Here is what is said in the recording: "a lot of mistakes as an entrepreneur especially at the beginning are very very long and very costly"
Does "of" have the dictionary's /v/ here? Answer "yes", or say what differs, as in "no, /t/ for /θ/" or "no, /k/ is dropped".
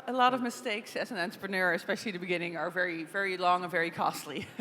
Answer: yes